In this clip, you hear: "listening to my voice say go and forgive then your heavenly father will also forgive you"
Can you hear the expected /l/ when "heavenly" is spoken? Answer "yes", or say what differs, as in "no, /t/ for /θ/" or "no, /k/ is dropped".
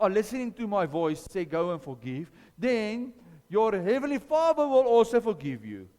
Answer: yes